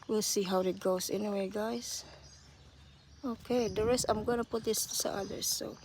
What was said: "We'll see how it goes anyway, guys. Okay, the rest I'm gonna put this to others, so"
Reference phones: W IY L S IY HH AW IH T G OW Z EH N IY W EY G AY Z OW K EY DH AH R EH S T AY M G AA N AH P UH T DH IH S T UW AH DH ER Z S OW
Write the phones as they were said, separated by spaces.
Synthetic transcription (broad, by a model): W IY L S IY HH AW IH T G OW S EH N IY W EY G AY S OW K EY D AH R EH S T AY M G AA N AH P UH T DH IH S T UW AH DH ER S OW